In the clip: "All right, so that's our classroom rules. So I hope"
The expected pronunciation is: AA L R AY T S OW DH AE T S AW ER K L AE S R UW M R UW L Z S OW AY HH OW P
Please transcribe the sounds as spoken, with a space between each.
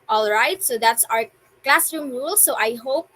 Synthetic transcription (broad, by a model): AA L R AY T S OW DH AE T S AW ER K L AE S R UW M R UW L S OW AY HH OW P